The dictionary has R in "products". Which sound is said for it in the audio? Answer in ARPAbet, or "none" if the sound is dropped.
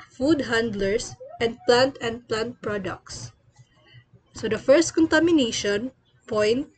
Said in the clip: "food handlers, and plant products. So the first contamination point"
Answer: R